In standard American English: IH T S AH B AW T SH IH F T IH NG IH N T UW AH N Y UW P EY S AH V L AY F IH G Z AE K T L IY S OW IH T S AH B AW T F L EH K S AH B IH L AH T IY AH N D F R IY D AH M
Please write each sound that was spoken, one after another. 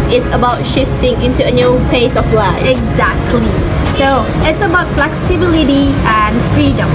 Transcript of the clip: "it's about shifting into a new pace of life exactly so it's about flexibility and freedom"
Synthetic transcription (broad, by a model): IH T S AH B AW T SH IH F T IH NG IH N T UW AH N Y UW P EY S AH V L AY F IH G Z AE K T L IY S OW IH T S AH B AW T F L EH K S AH B IH L AH T IY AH N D F R IY D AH M